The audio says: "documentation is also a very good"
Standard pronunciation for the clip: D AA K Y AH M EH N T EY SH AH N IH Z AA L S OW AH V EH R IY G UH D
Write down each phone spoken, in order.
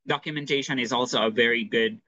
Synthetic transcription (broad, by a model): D AA K Y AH M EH N T EY SH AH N IH Z AA L S OW AH V EH R IY G UH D